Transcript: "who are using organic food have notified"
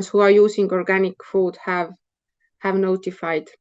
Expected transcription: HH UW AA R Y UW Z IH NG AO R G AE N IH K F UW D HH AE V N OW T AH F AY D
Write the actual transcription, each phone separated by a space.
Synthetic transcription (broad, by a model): HH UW AA R Y UW S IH NG AO R G AE N IH K F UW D HH AE V N OW T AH F AY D